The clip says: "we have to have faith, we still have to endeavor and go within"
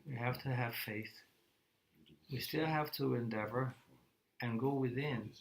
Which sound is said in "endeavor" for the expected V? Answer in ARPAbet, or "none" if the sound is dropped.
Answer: V